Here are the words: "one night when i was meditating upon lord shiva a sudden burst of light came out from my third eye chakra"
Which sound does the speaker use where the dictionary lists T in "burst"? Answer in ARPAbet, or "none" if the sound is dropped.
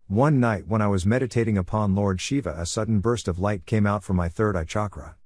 T